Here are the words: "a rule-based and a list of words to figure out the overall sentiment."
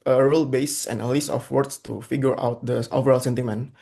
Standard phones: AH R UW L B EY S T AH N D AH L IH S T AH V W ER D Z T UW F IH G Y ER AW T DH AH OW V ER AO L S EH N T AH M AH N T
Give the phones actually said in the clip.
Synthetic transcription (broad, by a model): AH R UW L B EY S AH N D AH L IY S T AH F W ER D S T UW F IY G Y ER AW T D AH OW V ER AO L S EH N T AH M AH N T